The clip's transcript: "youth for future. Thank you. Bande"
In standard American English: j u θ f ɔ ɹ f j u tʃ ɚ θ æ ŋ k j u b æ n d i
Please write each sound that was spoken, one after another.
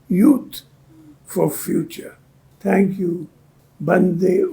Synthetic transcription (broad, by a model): j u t f ɔ ɹ f j u tʃ ɚ t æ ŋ k j u b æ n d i